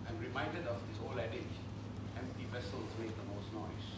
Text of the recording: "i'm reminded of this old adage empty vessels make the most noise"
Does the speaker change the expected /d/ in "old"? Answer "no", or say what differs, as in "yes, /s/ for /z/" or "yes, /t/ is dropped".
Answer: yes, /d/ is dropped